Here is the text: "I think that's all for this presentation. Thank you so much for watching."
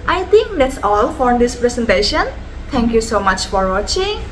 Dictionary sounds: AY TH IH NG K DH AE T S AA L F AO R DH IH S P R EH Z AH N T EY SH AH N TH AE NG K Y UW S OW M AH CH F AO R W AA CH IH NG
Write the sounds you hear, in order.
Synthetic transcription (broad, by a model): AY T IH NG K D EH T S AA L F AO R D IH S P R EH S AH N T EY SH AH N T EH NG K Y UW S OW M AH CH F AO R W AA CH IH NG